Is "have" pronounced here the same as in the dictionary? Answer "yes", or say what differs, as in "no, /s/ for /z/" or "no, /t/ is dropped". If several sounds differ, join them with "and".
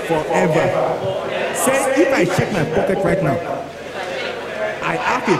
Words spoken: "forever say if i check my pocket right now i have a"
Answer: no, /f/ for /v/